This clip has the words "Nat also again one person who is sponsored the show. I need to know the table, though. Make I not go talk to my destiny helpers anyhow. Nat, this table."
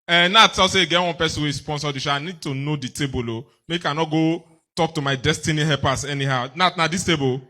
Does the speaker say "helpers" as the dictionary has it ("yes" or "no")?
no